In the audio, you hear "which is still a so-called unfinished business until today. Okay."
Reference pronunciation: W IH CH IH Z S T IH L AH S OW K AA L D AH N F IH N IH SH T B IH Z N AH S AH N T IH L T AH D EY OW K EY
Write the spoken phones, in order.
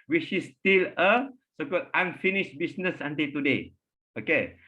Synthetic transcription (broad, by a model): W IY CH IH S T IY L AH S OW K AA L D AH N F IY N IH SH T B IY S N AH S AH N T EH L T AH D EY OW K EY